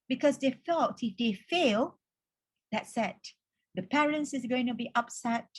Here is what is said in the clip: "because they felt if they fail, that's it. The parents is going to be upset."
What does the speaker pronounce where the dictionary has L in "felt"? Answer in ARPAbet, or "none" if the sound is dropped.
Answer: none